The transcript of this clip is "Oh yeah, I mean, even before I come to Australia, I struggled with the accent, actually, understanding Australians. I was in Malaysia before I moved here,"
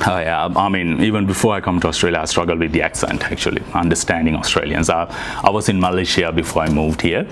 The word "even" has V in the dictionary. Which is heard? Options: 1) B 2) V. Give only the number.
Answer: 2